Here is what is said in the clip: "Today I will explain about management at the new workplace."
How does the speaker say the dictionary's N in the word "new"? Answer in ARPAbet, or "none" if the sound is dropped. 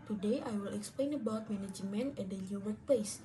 L